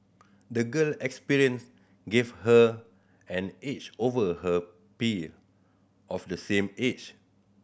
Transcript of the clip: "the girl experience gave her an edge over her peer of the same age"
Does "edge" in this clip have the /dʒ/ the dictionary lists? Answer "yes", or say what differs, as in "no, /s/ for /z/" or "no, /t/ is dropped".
no, /tʃ/ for /dʒ/